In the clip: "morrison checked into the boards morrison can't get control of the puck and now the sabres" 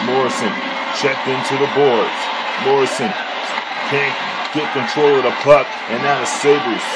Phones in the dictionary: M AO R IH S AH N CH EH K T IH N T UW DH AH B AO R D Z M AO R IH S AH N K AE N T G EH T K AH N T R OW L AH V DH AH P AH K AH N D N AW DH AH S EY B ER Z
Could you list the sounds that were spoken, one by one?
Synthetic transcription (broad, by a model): M AO R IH S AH N CH EH K T IH N T UW DH AH B AO R D Z M AO R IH S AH N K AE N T G EH T K AH N T R OW L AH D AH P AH K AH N N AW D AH S EY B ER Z